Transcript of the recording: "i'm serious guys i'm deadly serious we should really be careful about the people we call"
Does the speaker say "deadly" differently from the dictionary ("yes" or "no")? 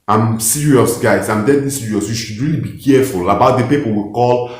yes